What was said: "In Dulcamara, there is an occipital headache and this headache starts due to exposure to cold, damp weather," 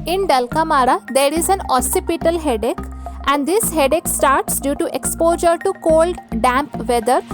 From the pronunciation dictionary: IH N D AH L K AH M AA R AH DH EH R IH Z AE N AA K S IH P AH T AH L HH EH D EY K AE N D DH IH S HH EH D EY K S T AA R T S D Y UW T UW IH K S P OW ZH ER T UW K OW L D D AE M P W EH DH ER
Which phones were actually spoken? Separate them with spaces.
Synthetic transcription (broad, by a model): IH N D AH L K AH M AA R AH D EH R IH Z AE N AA S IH P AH T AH L HH EH D EY K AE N D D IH S HH EH D EY K S T AA R T S D Y UW T UW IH K S P OW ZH ER T UW K OW L D D AE M P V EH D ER